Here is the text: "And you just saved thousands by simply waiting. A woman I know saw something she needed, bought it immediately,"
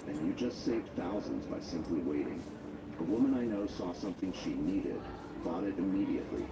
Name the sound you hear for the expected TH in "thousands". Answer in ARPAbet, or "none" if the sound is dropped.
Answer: TH